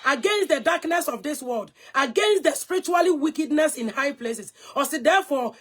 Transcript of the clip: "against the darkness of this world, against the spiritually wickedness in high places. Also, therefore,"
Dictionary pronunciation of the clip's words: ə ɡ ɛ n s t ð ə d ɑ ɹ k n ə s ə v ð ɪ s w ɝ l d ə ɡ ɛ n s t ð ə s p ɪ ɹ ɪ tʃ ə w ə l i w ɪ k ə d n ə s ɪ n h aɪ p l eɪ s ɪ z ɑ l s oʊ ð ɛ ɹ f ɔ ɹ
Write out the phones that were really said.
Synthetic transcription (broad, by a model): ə ɡ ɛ n s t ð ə d ɑ k n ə s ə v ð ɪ s w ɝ l d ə ɡ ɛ n s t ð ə s p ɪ ɹ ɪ tʃ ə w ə l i w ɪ k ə d n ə s ɪ n h aɪ p l eɪ s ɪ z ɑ s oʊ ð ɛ f ɔ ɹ